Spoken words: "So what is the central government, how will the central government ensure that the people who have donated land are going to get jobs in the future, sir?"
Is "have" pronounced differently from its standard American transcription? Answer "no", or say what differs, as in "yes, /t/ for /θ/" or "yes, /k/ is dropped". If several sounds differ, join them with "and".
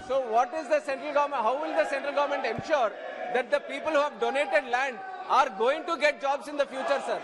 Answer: no